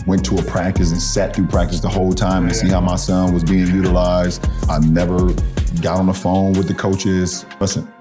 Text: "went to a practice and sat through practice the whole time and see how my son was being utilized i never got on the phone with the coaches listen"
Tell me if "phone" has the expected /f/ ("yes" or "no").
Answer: yes